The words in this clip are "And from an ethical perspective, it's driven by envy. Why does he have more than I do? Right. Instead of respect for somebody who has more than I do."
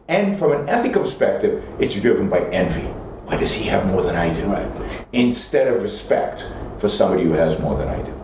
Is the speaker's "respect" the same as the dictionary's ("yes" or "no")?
yes